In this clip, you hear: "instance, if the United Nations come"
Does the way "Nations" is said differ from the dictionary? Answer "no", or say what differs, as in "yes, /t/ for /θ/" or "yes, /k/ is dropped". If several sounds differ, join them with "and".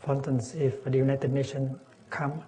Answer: yes, /z/ is dropped